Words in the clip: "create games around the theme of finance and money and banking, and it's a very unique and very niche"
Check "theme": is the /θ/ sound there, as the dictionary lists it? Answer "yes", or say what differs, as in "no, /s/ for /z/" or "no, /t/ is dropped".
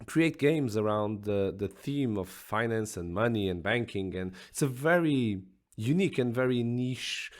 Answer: yes